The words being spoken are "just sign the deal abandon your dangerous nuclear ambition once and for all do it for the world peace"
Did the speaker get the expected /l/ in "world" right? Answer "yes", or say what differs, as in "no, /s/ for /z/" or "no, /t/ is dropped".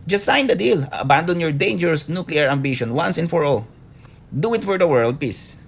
yes